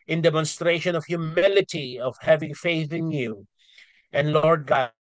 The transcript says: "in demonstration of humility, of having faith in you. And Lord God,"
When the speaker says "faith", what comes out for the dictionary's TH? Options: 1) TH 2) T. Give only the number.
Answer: 1